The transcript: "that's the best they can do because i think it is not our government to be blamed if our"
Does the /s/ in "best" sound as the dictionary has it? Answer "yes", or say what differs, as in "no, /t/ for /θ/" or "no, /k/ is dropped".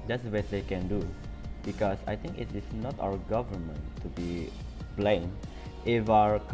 no, /s/ is dropped